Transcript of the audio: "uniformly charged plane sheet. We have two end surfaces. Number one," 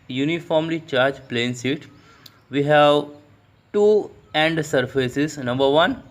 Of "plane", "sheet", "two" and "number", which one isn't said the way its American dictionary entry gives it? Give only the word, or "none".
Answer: sheet